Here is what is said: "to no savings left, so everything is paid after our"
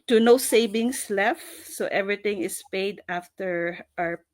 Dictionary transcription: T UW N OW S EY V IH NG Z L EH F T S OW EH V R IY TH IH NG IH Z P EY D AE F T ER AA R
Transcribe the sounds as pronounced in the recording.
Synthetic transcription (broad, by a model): T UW N OW S EY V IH NG S L EH F T S OW EH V R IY T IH NG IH S P EY D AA F T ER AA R